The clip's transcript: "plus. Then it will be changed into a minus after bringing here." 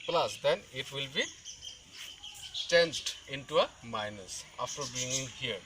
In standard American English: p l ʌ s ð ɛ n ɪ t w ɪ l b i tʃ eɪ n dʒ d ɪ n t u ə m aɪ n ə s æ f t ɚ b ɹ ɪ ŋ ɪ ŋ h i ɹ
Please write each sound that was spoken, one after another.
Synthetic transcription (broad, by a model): p l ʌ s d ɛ n ɪ t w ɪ l b i tʃ eɪ n dʒ d ɪ n t u ə m aɪ n ə s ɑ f t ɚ b i ŋ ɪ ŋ h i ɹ